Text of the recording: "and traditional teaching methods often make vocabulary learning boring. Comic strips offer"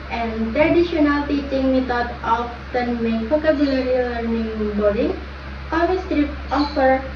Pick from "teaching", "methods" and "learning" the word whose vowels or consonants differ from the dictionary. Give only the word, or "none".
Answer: methods